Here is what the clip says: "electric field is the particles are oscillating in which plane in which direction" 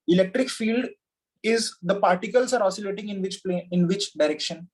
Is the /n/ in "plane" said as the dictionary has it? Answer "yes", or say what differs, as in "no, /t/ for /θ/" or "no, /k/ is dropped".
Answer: no, /n/ is dropped